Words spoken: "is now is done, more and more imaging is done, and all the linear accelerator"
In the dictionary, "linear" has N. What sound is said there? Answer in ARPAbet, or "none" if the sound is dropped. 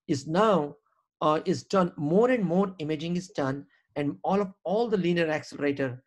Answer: L